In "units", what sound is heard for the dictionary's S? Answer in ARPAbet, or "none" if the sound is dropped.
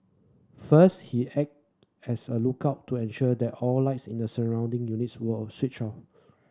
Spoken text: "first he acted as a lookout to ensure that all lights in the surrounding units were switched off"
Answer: S